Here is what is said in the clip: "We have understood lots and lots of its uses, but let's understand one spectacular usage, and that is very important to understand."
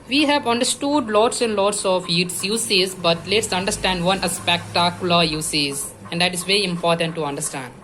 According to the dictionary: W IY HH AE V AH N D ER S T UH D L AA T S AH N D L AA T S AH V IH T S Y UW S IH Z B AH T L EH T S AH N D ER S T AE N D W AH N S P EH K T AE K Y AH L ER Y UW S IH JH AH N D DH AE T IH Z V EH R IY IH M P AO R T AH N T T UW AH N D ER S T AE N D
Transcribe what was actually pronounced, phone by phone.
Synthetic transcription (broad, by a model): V IY HH AE V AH N D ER S T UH D L AA T S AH N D L AA T S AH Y IH T S Y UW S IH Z B AH T L EH T S AH N D ER S T AE N D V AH N S P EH K T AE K Y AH L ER Y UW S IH Z AH N D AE T IH Z V EH R IY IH M P AO R T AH N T T UW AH N D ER S T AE N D